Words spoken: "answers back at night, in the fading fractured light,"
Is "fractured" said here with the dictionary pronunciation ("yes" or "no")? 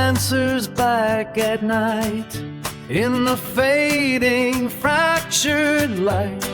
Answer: yes